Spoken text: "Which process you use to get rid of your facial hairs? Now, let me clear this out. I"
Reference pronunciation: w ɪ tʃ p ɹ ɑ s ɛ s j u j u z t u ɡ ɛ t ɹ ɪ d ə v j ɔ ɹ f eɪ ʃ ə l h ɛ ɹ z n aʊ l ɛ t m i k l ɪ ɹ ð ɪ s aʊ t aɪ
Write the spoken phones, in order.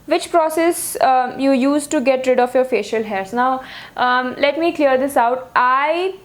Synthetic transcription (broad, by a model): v ɪ tʃ p ɹ ɑ s ɛ s j u j u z t u ɡ ɛ t ɹ ɪ d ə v j ɔ ɹ f eɪ ʃ ə l h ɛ ɹ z n aʊ l ɛ t m i k l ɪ ɹ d ɪ s aʊ t aɪ